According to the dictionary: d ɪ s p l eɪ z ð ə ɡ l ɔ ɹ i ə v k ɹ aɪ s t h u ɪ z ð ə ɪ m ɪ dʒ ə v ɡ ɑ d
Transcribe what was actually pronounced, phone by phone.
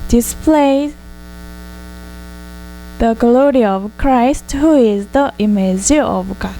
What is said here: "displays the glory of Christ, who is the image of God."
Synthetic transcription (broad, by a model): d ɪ s p l eɪ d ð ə ɡ l ɔ ɹ i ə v k ɹ aɪ s t h u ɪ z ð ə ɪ m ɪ z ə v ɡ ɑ